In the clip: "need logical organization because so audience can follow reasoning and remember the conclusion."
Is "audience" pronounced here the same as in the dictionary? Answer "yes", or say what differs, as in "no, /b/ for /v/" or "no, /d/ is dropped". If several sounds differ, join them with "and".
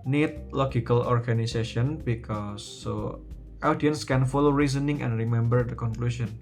yes